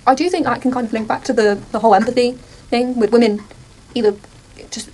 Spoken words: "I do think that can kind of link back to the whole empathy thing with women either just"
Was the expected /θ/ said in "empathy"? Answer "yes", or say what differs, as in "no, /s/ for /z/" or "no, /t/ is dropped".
yes